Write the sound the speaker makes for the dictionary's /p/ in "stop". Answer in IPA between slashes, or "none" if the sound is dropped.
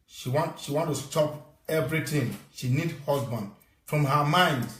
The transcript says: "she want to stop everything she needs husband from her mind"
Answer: /p/